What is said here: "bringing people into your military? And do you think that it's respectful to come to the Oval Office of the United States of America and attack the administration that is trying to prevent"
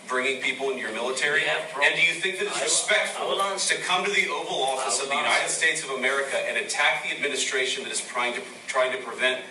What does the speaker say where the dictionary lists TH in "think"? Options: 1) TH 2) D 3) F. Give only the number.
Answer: 1